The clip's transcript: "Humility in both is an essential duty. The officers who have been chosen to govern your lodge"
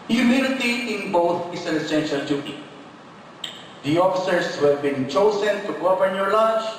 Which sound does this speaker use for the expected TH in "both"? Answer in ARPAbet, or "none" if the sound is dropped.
T